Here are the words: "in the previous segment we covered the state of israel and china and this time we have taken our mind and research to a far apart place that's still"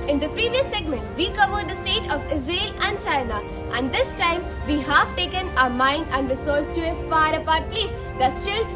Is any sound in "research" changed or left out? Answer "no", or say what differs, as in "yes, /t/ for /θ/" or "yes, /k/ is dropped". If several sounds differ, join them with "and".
yes, /s/ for /tʃ/